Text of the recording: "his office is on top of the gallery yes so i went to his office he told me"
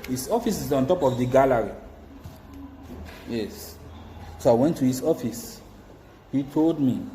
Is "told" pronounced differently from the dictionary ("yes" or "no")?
no